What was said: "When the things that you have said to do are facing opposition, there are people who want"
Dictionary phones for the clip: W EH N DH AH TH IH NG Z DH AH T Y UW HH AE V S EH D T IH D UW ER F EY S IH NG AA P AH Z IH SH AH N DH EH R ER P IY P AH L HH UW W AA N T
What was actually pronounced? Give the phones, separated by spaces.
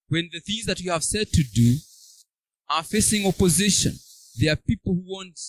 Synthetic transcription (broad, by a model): W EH N DH AH TH IH NG Z DH AH T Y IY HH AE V S EH D T IH D UW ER F EY S IH NG AA P AH Z IH SH AH N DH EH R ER P IY P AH L HH UW W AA N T